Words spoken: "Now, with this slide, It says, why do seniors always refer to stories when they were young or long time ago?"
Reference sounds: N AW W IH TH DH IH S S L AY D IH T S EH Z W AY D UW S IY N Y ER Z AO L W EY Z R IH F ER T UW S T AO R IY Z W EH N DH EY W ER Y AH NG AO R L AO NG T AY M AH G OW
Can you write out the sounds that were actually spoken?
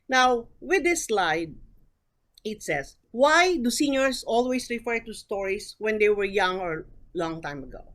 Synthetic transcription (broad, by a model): N AW W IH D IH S S L AY D IH T S EH S W AY D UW S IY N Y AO S AO L W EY S R IH F ER T UW S T AO R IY S W EH N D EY W ER Y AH NG AO R L AO NG T AY M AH G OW